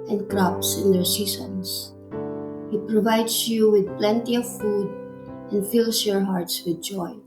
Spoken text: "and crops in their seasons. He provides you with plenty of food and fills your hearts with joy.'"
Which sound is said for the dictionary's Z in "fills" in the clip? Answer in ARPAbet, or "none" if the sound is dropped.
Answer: S